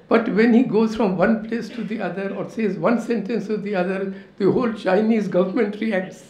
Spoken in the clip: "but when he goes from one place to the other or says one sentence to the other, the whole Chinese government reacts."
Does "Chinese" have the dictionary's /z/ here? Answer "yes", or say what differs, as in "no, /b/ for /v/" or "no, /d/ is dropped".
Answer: yes